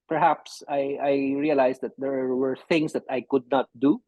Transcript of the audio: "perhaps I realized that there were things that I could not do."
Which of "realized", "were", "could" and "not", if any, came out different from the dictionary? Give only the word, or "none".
realized